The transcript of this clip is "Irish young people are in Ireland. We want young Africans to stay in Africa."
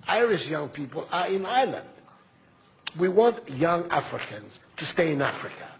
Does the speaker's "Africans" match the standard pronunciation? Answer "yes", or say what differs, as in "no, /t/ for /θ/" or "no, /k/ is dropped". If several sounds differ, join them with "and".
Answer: yes